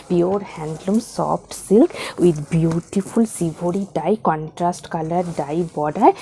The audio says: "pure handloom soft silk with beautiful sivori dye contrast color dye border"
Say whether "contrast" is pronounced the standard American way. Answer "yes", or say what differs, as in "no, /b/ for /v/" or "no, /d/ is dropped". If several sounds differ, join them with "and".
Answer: yes